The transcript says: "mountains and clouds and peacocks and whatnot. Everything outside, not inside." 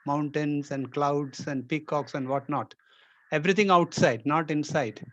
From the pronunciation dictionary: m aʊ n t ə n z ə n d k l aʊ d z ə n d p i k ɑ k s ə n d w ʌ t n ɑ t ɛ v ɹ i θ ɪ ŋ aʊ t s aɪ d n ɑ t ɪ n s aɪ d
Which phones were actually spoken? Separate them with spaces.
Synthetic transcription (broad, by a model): m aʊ n t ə n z ə n d k l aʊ d s ə n d p i k ɑ k s ə n d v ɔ t n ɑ t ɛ v ɹ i t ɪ ŋ aʊ t s aɪ d n ɑ t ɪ n s aɪ d